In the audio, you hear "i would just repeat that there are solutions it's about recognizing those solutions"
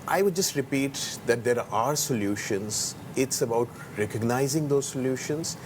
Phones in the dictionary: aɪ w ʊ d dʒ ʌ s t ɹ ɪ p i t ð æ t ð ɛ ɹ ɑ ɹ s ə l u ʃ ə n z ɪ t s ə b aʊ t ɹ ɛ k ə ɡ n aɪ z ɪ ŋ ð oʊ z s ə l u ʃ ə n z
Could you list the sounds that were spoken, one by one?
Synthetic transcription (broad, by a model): aɪ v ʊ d dʒ ʌ s t ɹ ɪ p i t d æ t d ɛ ɹ ɑ ɹ s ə l u ʃ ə n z ɪ t s ə b aʊ t ɹ ɛ k ə ɡ n aɪ z ɪ ŋ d oʊ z s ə l u ʃ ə n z